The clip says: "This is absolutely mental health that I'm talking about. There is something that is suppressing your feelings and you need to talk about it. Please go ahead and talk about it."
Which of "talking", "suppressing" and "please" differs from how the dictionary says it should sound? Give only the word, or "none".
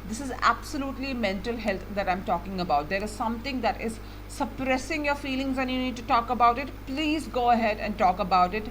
none